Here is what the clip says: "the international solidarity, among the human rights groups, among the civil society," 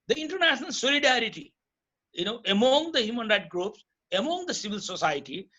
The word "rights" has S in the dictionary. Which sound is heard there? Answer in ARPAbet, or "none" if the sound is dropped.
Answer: none